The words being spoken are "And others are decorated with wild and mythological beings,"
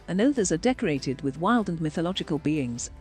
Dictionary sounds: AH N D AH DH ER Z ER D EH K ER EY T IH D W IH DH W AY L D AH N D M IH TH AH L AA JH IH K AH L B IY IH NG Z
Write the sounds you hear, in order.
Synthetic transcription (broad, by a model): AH N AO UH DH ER Z ER D EH K ER EY T IH D W IH DH W AY L D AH N M IH TH AH L AA JH IH K AH L B IY IH NG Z